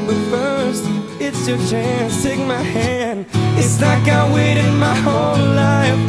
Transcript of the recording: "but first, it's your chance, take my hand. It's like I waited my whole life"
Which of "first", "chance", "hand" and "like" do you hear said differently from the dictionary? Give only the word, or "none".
none